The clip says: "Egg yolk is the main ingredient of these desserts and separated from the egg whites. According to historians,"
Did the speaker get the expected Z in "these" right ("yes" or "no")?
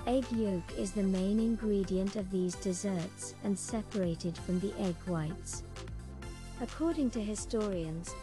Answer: yes